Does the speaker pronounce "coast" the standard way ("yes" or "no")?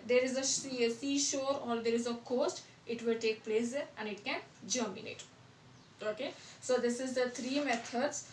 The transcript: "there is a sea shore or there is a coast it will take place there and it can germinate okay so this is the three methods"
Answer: yes